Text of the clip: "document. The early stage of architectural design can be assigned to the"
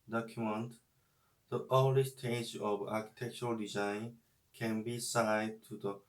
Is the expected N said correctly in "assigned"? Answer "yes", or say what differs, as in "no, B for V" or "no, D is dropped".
no, N is dropped